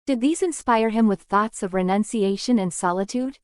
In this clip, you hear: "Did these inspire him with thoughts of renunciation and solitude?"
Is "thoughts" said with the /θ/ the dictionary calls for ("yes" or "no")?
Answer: yes